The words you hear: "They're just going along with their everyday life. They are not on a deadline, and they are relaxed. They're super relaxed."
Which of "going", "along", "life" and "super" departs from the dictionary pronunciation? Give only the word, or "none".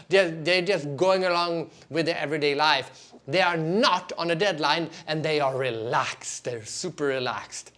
none